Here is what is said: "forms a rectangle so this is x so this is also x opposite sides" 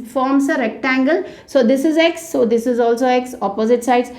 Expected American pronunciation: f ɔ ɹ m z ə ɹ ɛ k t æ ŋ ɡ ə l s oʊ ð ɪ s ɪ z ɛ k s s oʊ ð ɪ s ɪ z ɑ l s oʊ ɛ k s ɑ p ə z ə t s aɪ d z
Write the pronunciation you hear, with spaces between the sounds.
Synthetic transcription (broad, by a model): f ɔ ɹ m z ə ɹ ɛ k t æ ŋ ɡ ə l s oʊ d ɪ s ɪ z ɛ k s s oʊ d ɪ s ɪ z ɑ l s oʊ ɛ k s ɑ p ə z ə t s aɪ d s